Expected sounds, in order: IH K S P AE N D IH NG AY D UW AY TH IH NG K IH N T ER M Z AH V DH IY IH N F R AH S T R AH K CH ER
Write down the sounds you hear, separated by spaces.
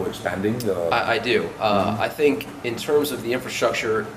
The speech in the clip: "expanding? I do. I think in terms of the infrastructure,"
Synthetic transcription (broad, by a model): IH K S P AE N D IH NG AY D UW AY TH IH NG K IH N T ER M Z AH V DH IY IH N F R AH S T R AH K CH ER